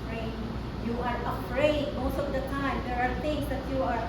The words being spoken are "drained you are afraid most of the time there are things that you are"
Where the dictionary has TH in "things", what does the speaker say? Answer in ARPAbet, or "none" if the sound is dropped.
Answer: T